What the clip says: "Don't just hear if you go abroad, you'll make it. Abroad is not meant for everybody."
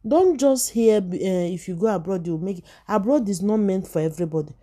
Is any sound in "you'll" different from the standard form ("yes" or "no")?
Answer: yes